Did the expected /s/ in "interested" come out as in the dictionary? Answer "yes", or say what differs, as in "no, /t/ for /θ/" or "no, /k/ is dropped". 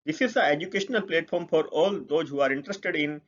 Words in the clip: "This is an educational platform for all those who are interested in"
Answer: yes